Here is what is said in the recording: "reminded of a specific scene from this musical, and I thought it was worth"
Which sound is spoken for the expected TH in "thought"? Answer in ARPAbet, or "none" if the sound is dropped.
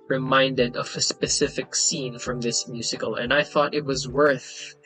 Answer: TH